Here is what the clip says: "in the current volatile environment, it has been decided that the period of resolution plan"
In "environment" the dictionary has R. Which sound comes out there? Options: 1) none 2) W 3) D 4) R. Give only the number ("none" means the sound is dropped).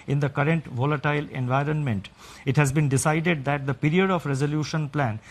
4